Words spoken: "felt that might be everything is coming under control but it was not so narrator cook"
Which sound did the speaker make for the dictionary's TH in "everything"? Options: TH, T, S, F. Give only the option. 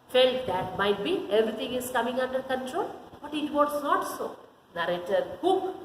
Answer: T